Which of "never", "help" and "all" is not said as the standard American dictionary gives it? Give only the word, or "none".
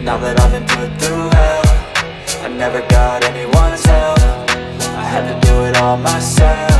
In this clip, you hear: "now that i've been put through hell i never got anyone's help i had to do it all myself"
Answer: help